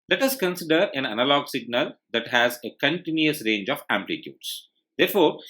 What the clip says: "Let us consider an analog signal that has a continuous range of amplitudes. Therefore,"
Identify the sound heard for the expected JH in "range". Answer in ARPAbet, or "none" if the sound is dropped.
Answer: JH